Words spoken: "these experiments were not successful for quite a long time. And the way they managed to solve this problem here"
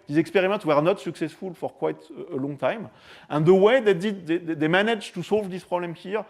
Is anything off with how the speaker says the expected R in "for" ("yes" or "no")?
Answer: no